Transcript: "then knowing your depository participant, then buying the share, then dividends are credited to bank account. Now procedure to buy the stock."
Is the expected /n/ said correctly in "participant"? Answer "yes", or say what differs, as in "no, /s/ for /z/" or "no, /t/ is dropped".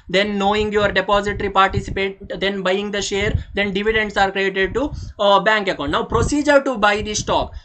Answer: no, /n/ is dropped